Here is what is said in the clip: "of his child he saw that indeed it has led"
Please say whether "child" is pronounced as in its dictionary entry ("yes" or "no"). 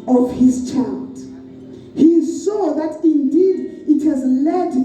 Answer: yes